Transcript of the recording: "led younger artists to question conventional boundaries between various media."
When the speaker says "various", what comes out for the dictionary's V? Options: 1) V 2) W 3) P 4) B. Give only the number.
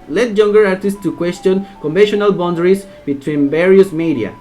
4